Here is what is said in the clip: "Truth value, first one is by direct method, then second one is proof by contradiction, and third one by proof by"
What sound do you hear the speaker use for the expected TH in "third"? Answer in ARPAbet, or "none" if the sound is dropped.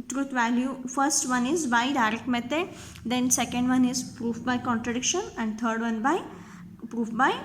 T